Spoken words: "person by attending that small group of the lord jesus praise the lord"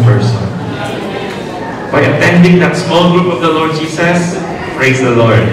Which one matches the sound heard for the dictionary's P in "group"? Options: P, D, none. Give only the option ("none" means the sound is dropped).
P